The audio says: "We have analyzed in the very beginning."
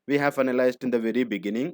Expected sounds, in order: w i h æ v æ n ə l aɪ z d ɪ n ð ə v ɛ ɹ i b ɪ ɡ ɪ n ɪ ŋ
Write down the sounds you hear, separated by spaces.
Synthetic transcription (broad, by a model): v i h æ v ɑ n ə l aɪ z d ɪ n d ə v ɛ ɹ i b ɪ ɡ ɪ n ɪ ŋ